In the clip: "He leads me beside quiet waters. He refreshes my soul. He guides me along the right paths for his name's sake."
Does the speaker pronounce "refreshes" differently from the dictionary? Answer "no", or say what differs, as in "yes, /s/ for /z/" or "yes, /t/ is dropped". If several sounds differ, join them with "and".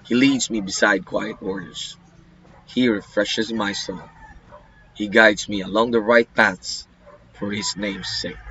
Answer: no